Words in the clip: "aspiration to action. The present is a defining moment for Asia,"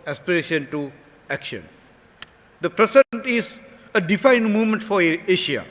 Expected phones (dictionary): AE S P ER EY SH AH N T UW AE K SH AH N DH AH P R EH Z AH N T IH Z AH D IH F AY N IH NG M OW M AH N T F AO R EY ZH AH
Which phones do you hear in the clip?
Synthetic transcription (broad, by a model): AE S P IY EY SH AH N T UW AE K SH AH N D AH P R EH S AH N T IH Z AH D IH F AY N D M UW M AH N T F AO R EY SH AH